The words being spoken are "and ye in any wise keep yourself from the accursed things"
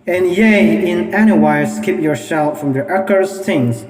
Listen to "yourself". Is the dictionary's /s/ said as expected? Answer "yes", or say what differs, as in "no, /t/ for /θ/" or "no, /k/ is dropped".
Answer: no, /ʃ/ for /s/